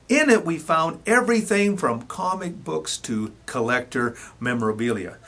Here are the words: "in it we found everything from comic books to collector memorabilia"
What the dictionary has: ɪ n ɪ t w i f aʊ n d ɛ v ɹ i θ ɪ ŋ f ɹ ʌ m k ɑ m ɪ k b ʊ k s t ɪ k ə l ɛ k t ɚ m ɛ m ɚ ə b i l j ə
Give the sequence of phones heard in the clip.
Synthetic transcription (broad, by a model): ɪ n ɪ t w i f aʊ n d ɛ v ɹ i θ ɪ ŋ f ɹ ʌ m k ɑ m ɪ k b ʊ k s t ɪ k ə l ɛ k t ɚ m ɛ m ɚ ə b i l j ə